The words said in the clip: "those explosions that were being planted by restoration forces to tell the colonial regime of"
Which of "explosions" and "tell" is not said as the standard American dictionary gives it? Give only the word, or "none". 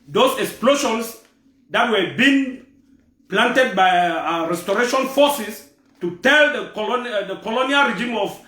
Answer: explosions